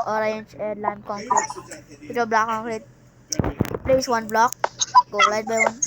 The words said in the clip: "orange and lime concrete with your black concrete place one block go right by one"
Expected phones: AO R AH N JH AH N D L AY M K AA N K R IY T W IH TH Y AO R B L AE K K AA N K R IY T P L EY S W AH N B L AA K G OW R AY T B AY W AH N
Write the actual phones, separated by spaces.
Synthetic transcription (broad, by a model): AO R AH N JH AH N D L AY M K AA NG K R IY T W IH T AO B L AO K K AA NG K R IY T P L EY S W AH N B L AA K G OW L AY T B AY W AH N